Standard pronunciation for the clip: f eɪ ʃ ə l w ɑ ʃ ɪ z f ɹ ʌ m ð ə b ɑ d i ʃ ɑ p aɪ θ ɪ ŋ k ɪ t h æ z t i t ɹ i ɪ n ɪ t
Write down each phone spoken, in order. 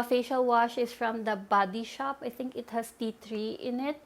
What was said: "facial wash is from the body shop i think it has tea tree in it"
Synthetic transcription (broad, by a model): f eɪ ʃ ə l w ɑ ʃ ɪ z f ɹ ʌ m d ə b ɑ d i ʃ ɑ p aɪ t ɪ ŋ k ɪ t h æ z t i t ɹ i ɪ n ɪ t